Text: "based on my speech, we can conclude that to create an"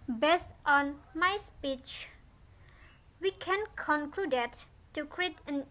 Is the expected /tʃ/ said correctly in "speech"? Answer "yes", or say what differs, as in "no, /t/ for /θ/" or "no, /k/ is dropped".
yes